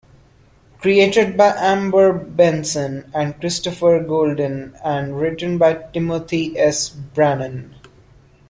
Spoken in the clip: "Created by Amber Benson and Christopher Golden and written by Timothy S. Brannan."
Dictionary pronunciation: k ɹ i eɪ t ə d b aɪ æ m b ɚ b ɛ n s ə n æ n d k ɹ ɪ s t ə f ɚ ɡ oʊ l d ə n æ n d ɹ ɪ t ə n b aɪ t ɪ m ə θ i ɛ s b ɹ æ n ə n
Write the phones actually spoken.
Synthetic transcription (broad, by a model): k ɹ i eɪ t ə d b aɪ æ m b ɚ b ɛ n s ə n æ n d k ɹ ɪ s t ə f ɚ ɡ oʊ l d ə n æ n d ɹ ɪ t ə n b aɪ t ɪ m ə t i ɛ s b ɹ æ n ə n